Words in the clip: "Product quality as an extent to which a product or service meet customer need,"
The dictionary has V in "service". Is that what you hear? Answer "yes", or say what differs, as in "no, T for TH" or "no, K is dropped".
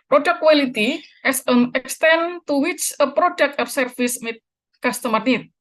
no, F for V